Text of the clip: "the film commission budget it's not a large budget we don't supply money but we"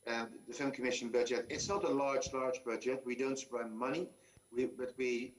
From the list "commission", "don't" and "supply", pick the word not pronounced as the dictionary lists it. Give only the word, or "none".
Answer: supply